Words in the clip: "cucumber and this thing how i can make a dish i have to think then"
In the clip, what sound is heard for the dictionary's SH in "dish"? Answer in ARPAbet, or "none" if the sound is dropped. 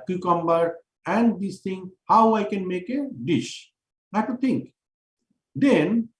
SH